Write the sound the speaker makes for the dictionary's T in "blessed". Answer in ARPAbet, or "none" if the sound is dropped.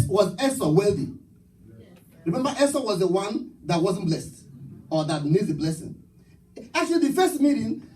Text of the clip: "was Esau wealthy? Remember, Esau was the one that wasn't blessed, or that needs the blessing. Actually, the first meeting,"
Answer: T